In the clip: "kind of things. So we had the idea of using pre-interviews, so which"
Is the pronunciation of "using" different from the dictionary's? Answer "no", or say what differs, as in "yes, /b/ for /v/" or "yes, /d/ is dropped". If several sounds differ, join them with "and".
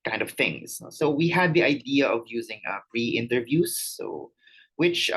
no